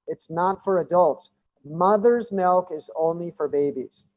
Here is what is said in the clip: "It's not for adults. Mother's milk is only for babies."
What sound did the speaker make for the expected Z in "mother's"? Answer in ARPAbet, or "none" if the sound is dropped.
Z